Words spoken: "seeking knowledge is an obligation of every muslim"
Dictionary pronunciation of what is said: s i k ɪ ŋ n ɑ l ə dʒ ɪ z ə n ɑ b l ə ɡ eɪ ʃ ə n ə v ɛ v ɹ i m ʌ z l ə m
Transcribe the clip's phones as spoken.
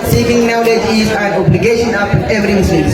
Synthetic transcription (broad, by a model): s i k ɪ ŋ n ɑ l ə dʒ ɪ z ə n ɑ b l ə ɡ eɪ ʃ ə n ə p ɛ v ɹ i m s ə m